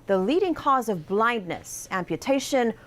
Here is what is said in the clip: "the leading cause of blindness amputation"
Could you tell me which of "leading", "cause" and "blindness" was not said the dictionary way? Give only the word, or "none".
none